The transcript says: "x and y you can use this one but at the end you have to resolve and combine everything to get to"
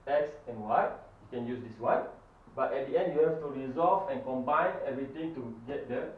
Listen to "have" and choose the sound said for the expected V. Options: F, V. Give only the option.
F